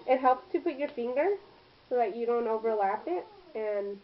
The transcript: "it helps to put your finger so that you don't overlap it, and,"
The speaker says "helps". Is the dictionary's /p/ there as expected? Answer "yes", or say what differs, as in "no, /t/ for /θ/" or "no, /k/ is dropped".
yes